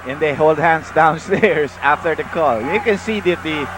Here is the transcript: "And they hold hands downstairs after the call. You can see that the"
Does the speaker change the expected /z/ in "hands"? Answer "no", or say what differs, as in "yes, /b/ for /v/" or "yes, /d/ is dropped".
yes, /s/ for /z/